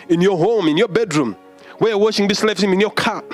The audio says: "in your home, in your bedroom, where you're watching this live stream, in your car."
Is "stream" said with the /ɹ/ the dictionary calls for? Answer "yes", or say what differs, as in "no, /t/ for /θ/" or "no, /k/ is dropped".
no, /ɹ/ is dropped